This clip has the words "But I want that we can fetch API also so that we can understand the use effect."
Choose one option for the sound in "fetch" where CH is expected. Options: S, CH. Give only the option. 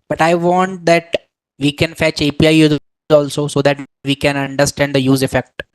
CH